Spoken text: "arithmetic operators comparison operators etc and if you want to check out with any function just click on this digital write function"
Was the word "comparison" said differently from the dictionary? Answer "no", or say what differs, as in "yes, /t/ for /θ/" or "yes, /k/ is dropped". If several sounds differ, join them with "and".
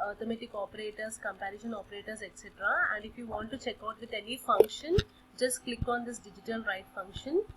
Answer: yes, /ʃ/ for /s/